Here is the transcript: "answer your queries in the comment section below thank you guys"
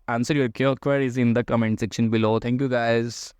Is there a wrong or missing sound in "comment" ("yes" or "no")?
no